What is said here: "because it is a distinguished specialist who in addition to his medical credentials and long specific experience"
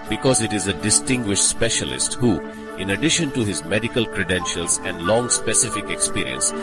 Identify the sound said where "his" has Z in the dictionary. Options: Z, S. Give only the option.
Z